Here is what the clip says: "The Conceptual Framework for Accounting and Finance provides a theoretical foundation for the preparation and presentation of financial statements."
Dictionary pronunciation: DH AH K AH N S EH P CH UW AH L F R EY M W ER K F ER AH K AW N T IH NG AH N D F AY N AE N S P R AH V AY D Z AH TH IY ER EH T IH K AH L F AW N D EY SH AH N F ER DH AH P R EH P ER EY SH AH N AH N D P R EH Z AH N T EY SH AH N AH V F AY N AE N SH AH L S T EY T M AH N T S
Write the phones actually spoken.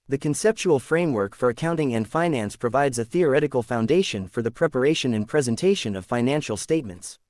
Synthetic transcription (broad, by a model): DH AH K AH N S EH P CH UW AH L F R EY M W ER K F ER AH K AW N T IH NG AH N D F AY N AE N S P R AH V AY D Z AH TH IY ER EH T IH K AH L F AW N D EY SH AH N F ER DH AH P R EH P ER EY SH AH N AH N P R EH Z AH N T EY SH AH N AH V F AY N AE N SH L S T EY T M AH N T S